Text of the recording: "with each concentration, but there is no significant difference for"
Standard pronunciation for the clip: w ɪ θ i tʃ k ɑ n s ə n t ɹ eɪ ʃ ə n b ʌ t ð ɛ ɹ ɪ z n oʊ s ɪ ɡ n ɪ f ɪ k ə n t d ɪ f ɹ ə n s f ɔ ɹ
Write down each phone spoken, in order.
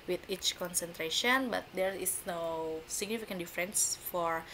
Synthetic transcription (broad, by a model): w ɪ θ i tʃ k ɑ n s ə n t ɹ eɪ ʃ ə n b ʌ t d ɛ ɹ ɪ s n oʊ s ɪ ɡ n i f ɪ k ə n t d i f ɹ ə n s f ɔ ɹ